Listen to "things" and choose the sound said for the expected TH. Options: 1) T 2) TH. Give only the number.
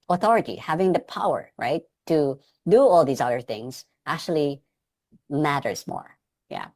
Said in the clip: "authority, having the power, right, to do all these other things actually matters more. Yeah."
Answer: 2